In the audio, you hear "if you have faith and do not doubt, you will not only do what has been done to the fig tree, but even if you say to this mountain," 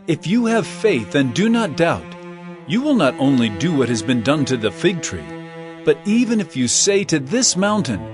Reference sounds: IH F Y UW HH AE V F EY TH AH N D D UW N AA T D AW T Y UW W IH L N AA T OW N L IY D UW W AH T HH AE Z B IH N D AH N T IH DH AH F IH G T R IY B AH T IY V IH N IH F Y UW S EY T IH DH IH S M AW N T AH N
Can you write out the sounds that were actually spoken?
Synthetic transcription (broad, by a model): IH F Y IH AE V F EY TH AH N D D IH N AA T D AW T Y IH W IH L N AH T OW N L IY D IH W AH T HH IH Z B IH N D AH N T IH DH AH F IH G T R IY B AH T IY V IH N IH F Y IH S EY T IH DH IH S M AW N T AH N